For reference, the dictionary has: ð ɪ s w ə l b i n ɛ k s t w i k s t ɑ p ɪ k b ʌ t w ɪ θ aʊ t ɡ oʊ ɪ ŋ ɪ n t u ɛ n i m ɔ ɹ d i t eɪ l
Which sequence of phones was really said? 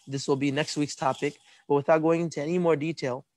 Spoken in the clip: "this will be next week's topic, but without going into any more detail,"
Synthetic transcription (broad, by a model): ð ɪ s w ə l b i n ɛ k s t w i k s t ɑ p ɪ k b ʌ t w ɪ θ aʊ t ɡ oʊ ɪ ŋ ɪ n t u ɛ n i m ɔ ɹ d i t eɪ l